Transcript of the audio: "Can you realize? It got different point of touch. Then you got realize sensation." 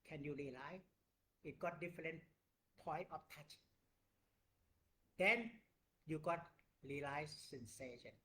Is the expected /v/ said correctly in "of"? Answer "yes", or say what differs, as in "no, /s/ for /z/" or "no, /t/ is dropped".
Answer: no, /f/ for /v/